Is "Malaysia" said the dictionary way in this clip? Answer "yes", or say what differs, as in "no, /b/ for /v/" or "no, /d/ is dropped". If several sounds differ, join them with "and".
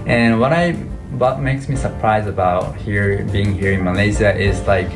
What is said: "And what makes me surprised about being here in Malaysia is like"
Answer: no, /z/ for /ʒ/